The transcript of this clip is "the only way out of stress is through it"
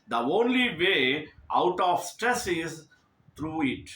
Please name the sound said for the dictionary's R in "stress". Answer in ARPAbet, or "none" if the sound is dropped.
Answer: R